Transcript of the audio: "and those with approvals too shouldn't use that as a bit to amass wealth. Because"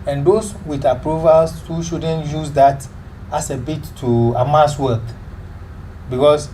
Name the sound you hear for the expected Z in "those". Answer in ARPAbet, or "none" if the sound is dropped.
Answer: S